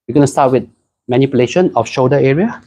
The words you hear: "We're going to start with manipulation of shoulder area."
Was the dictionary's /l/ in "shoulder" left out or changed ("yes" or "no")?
yes